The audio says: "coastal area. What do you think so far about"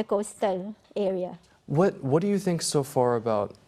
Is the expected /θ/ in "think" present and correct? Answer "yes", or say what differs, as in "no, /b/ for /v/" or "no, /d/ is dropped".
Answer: yes